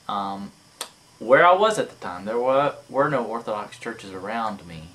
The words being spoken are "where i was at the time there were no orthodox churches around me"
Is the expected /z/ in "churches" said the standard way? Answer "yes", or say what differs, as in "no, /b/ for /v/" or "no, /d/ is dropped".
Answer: yes